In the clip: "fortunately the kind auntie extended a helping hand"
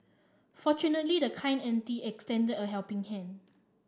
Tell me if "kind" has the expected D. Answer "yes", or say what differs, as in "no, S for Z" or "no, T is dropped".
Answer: no, D is dropped